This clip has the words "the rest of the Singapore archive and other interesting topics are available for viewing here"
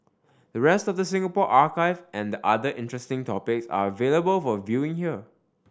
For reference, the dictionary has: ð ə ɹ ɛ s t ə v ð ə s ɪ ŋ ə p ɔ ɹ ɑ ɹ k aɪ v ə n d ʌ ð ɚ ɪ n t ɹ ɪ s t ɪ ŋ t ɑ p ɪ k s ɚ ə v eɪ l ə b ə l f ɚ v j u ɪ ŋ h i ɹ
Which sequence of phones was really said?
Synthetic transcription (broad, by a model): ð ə ɹ ɛ s t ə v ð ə s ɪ ŋ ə p ɔ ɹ ɑ k aɪ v ə n d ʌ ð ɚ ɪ n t ɹ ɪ s t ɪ ŋ t ɑ p ɪ k s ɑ ə v eɪ l ə b ə l f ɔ v j u ɪ ŋ h i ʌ